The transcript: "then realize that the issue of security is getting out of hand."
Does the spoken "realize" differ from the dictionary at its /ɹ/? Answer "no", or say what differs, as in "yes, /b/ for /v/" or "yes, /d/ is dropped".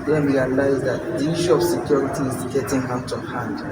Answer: yes, /w/ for /ɹ/